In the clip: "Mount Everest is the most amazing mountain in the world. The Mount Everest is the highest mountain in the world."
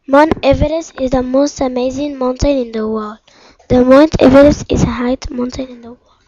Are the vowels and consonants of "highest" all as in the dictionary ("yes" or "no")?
no